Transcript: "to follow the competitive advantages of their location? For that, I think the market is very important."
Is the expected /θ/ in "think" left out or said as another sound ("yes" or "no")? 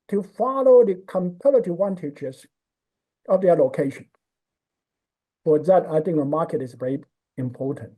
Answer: no